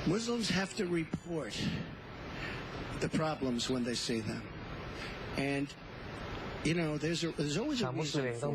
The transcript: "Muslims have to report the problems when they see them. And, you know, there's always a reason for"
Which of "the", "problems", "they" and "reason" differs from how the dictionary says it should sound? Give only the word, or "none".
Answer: reason